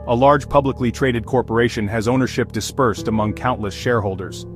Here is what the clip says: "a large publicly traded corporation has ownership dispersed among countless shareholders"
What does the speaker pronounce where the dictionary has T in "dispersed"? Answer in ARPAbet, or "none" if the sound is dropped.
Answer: T